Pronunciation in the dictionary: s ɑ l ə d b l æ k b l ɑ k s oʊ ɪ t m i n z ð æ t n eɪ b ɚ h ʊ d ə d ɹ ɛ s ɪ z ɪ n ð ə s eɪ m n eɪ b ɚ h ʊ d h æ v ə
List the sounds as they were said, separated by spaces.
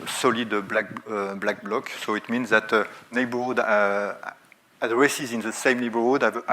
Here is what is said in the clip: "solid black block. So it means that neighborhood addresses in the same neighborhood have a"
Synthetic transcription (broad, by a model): s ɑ l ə d b l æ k b l ɑ k s oʊ ɪ t m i n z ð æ t n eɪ b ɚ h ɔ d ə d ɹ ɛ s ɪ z ɪ n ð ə s eɪ m n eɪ b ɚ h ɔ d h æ v